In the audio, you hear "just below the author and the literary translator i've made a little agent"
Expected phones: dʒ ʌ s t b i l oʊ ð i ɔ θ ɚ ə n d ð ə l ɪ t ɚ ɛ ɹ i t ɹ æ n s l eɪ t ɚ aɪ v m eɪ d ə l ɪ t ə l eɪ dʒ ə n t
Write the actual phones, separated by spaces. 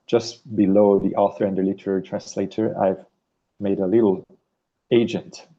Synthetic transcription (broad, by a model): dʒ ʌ s t b i l oʊ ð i ɔ θ ɚ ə n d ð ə l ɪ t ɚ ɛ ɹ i t ɹ æ n s l eɪ t ɚ aɪ v m eɪ d ə l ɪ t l eɪ dʒ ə n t